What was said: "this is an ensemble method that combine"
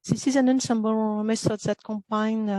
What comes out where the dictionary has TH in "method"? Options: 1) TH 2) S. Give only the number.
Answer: 2